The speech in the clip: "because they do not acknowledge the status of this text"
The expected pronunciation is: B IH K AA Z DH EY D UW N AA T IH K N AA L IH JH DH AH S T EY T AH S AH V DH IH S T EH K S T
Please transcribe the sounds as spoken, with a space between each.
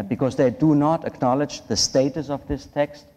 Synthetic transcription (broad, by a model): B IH K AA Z DH EY D UW N AA T IH K N AA L IH JH DH AH S T EY T AH S AH V DH IH S T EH K S T